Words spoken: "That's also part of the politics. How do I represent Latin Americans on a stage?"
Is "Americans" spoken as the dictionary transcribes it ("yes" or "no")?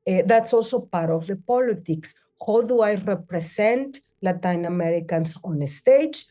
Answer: no